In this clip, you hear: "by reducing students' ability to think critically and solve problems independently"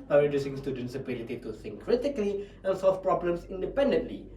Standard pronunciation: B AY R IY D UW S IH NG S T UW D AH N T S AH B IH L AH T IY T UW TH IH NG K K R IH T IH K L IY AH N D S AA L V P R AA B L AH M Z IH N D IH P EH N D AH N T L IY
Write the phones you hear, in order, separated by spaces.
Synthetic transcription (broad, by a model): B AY R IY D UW S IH NG S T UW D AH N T S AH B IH L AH T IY T UW S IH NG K K R IH T IH K L IY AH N S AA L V P R AA B L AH M S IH N D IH P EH N D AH N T L IY